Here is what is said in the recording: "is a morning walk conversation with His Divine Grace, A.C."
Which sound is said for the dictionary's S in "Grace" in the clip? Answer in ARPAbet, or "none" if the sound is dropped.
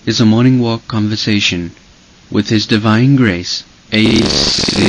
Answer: none